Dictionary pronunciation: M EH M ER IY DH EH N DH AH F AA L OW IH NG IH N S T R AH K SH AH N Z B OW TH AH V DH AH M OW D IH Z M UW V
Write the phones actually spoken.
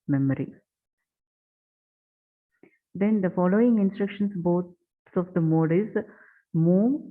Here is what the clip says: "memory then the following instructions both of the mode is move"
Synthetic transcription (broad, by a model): M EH M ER IY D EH N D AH F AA L OW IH NG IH N S T R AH K SH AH N S B OW S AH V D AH M OW D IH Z M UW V